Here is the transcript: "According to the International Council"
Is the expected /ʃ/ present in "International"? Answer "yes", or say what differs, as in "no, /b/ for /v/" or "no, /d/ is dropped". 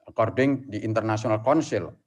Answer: no, /s/ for /ʃ/